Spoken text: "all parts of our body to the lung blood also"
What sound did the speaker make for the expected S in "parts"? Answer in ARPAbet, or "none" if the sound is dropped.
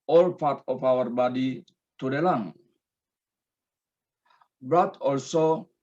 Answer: none